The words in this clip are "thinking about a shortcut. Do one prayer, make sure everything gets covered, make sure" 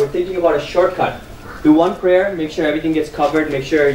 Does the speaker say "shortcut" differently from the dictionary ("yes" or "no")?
no